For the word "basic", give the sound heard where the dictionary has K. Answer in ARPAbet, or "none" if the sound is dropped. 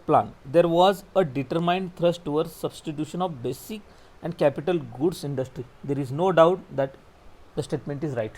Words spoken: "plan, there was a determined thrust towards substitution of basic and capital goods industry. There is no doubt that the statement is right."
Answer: K